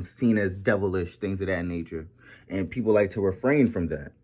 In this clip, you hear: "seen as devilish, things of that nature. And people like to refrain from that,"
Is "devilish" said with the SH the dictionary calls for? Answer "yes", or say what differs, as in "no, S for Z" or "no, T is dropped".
yes